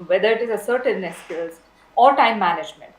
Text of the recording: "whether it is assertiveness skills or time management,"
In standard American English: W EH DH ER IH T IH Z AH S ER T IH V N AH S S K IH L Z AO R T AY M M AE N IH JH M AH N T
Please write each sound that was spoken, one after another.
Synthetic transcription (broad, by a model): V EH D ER IH T IH Z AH S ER T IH N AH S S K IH Z AO R T AY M M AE N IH JH M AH N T